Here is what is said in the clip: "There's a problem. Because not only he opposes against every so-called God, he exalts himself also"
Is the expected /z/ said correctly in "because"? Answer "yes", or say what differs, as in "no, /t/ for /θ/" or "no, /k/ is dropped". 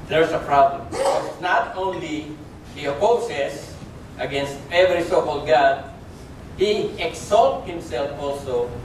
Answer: no, /s/ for /z/